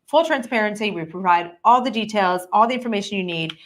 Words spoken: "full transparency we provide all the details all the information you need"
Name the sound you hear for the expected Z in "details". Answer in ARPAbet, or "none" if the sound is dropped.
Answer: Z